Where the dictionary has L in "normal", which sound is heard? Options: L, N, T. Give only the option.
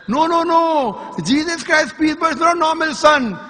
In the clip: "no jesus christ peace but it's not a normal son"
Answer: L